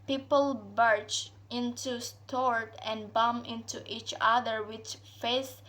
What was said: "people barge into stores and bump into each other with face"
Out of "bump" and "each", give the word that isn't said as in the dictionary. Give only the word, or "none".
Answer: bump